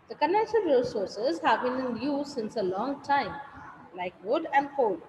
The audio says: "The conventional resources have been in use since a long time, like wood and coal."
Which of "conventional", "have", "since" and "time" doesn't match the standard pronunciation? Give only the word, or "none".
conventional